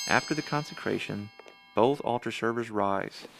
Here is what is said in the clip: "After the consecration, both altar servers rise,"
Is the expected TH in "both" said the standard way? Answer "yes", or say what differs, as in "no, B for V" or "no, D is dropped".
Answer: yes